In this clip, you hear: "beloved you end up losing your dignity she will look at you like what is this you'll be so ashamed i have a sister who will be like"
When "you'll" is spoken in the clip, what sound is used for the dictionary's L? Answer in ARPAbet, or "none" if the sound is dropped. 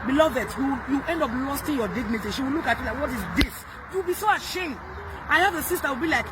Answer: W